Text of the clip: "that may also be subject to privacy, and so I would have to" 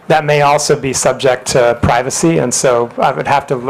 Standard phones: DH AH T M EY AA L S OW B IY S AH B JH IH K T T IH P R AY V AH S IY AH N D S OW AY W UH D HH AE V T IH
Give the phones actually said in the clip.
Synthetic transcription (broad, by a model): DH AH T M EY AA L S OW B IY S AH B JH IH K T T IH P R AY V AH S IY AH N S OW AY W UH D HH AE F T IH